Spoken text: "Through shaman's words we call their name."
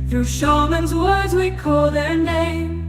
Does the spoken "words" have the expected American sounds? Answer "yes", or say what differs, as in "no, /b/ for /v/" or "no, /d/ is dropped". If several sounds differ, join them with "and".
yes